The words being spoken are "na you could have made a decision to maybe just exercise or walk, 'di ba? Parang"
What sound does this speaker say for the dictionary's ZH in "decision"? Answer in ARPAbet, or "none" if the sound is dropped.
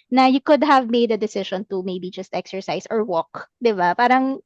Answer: SH